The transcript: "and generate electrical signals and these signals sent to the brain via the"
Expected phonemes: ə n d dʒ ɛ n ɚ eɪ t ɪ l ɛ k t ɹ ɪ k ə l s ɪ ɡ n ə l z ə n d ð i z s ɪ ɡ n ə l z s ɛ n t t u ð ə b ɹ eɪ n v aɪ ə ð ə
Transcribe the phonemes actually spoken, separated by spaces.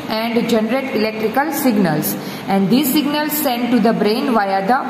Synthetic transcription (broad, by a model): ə n d dʒ ɛ n ɚ eɪ t ɪ l ɛ k t ɹ ɪ k ə l s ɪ ɡ n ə l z ə n d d i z s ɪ ɡ n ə l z s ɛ n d t u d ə b ɹ eɪ n v aɪ ə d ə